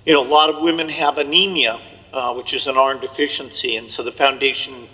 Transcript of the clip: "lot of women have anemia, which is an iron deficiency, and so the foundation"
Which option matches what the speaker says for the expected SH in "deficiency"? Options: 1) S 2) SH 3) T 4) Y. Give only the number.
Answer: 2